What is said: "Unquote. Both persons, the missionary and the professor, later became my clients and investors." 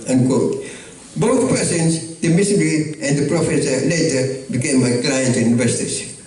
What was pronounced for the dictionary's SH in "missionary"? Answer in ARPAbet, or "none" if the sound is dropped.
S